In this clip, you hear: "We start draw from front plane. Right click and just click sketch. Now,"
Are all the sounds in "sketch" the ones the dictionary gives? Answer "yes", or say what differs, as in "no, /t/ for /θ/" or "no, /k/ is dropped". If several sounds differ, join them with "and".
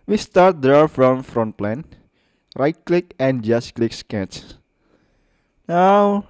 no, /s/ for /tʃ/